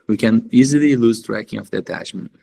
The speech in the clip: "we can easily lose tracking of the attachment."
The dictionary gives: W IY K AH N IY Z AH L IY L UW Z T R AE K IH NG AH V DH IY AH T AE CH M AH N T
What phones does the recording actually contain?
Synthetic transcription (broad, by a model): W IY K AH N IY Z AH L IY L UW Z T R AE K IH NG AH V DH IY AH T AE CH M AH N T